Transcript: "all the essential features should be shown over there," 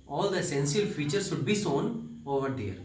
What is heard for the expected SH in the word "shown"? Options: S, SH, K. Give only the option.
S